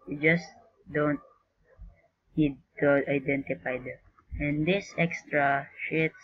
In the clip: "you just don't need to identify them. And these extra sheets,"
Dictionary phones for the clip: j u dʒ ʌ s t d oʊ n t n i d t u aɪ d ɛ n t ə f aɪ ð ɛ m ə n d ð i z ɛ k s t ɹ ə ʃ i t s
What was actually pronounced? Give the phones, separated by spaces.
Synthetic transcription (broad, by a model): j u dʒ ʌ s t d oʊ n t n i d t u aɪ d ɛ n t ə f aɪ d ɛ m ə n d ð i s ɛ k s t ɹ ə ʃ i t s